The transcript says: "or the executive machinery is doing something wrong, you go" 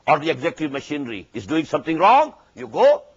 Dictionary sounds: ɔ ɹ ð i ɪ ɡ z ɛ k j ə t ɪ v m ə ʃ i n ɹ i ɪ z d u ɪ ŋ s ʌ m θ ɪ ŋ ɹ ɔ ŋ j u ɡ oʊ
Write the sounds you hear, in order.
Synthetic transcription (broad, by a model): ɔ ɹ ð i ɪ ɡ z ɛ k t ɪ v m ə ʃ i n ɹ i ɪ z d u ɪ ŋ s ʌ m t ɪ ŋ ɹ ɔ ŋ j u ɡ oʊ